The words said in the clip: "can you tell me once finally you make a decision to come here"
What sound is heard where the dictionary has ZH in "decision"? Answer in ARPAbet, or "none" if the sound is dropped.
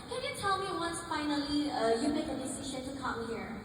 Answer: SH